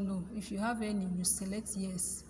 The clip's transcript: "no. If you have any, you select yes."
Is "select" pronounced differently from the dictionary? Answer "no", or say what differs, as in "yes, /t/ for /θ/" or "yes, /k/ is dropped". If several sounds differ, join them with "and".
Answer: yes, /k/ is dropped